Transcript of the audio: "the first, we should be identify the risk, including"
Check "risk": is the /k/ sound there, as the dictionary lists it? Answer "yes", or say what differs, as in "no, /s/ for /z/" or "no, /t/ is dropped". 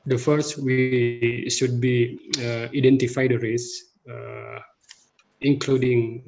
no, /k/ is dropped